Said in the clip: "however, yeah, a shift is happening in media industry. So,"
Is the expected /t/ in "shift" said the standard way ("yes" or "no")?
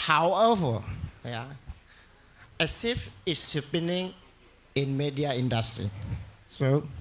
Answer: no